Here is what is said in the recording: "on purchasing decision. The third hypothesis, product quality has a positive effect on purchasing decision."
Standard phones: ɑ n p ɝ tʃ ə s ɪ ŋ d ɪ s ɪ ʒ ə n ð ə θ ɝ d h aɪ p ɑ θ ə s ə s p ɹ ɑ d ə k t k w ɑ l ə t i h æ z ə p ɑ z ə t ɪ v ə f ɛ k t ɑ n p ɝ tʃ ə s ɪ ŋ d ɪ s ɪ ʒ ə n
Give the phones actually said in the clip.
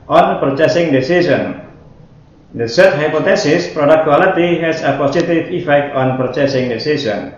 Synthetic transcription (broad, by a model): ɑ n p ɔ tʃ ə s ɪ ŋ d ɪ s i s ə n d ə s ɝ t h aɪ p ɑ t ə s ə s p ɹ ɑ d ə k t k w ɑ l ə t i h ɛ s ə p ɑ s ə t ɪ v ə f ɛ k t ɑ n p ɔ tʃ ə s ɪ ŋ d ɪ s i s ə n